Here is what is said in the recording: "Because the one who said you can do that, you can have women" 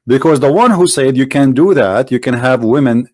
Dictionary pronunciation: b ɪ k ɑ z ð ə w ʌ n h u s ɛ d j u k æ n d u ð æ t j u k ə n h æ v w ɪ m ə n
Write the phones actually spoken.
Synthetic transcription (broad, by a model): b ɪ k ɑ z ð ə w ʌ n h u s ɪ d j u k æ n d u ð æ t j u k ə n h æ v w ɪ m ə n